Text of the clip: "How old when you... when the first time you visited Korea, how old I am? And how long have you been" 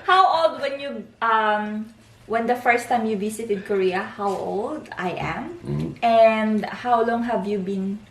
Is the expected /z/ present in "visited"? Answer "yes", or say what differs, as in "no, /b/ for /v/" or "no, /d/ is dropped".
no, /s/ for /z/